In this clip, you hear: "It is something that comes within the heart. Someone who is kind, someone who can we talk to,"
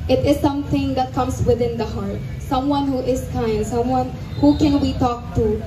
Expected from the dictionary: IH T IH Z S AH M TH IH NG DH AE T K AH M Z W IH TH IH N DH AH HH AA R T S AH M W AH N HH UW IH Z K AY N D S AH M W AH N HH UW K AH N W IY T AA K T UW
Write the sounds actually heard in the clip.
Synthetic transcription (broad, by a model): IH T IH Z S AH M T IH NG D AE T K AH M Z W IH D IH N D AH HH AA R T S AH M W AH N HH UW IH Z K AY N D S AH M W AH N HH UW K AH N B IY T AA K T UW